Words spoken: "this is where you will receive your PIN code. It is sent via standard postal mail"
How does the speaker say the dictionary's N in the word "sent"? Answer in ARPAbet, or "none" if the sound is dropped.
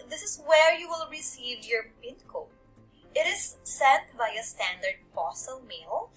none